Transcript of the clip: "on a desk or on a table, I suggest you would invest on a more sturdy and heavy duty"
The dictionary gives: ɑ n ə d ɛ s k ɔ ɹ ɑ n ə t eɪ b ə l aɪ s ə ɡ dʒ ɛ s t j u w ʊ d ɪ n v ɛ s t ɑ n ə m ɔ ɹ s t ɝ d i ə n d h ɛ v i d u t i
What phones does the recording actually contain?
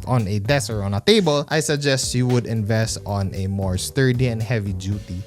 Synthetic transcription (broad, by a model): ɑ n ə d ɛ s ɔ ɹ ɑ n ə t eɪ b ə l aɪ s ə ɡ dʒ ɛ s t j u w ʊ d ɪ n v ɛ s t ɑ n ə m ɔ ɹ s t ɝ d i ə n d h ɛ v i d u t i